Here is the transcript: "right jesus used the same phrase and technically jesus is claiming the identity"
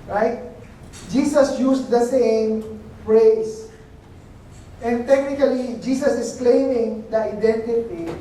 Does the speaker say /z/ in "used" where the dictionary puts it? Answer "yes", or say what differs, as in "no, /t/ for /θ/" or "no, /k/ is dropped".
no, /s/ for /z/